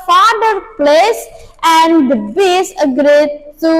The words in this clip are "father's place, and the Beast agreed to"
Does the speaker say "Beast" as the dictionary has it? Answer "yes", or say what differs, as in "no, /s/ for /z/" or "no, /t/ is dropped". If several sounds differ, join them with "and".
no, /t/ is dropped